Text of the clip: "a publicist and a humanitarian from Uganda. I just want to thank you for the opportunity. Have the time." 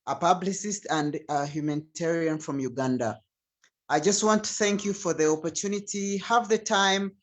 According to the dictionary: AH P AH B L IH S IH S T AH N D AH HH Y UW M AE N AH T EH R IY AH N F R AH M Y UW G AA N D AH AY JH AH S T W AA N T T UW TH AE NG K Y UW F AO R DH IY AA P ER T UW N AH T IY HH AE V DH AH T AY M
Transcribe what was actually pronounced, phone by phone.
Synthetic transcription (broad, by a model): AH P AH B L IH S IH S T AH N D AH HH Y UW M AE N T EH R IY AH N F R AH M Y UW G AA N D AH AY JH AH S T W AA N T T UW TH AE NG K Y UW F AO R DH IY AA P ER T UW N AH T IY HH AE V DH AH T AY M